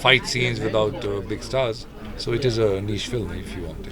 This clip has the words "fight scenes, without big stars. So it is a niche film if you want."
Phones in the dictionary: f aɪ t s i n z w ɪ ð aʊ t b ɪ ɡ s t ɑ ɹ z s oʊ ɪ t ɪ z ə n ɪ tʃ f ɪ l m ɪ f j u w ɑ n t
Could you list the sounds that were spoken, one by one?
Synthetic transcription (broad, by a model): f aɪ t s i n z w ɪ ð aʊ t b ɪ ɡ s t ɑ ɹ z s oʊ ɪ t ɪ z ə n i ʃ f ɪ l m ɪ f j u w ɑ n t